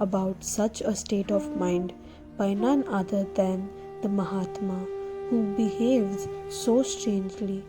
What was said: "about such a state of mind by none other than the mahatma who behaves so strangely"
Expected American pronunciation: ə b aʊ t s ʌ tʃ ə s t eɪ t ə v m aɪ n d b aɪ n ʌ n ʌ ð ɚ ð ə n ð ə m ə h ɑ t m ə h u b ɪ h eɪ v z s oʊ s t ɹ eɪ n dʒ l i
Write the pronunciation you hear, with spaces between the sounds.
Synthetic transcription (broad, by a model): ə b aʊ t s ʌ tʃ ə s t eɪ t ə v m aɪ n d b aɪ n ʌ n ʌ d ɚ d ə n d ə m ə h ɑ t m ə h u b ɪ h eɪ v z s oʊ s t ɹ eɪ n dʒ l i